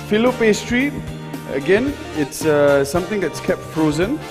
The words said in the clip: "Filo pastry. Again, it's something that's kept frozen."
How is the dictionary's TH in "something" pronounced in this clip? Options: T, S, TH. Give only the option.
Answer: T